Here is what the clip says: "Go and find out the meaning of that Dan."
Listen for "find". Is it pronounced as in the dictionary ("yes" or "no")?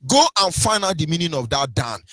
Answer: no